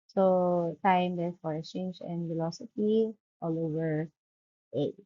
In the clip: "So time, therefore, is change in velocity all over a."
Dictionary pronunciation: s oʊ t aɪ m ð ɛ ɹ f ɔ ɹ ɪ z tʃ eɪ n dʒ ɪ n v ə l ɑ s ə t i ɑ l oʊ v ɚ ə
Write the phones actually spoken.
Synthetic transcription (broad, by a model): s oʊ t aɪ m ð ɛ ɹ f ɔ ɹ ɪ s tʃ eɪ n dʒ ɪ n f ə l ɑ s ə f i ɑ l oʊ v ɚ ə